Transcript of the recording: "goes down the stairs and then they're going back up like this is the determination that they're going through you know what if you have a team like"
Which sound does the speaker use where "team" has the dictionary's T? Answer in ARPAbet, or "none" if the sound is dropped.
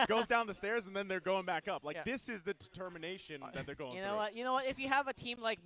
T